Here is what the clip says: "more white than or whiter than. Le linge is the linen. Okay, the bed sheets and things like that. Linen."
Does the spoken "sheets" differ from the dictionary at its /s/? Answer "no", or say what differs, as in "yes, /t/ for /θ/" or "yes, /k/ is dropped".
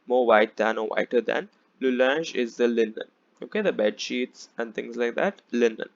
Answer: no